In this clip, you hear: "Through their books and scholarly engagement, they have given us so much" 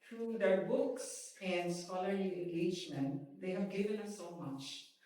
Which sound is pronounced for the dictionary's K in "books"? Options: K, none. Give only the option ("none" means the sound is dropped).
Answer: K